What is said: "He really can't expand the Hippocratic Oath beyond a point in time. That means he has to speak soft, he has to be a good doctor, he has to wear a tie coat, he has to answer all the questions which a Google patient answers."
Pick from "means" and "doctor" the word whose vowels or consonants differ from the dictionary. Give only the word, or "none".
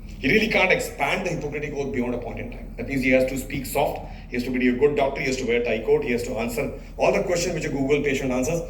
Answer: means